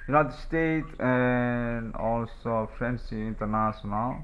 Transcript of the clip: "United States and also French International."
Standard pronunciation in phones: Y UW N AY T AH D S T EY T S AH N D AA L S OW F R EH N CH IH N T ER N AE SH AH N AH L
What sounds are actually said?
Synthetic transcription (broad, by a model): Y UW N AY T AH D S T EY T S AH N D AA L S OW F R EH N S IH N T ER N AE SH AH N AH L